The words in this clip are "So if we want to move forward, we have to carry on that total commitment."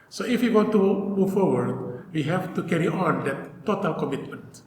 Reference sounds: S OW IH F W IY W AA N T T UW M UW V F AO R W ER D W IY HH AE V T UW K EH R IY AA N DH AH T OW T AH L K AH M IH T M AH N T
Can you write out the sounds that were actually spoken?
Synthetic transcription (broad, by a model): S OW IH F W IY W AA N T T UW M UW V F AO R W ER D W IY HH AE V T UW K EH R IY AA N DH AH T OW T AH L K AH M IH T M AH N T